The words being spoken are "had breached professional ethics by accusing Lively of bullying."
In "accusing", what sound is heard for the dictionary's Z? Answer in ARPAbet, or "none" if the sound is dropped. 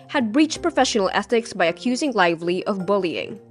Z